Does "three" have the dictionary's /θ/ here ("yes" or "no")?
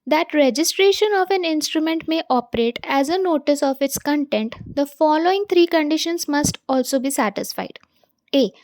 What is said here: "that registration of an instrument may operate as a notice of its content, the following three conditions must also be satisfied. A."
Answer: no